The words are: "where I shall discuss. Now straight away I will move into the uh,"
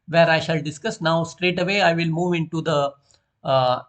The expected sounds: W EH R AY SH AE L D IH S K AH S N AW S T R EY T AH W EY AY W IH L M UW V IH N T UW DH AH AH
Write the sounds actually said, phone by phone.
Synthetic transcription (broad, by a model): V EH R AY SH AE L D IH S K AH S N AW S T R EY T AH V EY AY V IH L M UW V IH N T UW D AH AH